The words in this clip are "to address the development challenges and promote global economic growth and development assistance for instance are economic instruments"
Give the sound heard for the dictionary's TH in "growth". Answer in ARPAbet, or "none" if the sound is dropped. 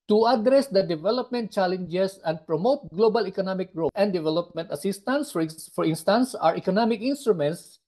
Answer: T